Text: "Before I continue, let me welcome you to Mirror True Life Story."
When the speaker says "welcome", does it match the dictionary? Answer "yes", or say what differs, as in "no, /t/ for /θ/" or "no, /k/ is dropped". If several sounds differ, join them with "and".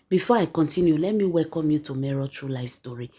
yes